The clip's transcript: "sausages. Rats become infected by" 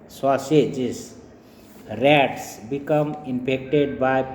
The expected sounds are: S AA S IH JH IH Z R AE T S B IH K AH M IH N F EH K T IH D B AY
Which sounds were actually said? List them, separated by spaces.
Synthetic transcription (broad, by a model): S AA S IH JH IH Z R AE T S B IH K AH M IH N P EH K T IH D B AY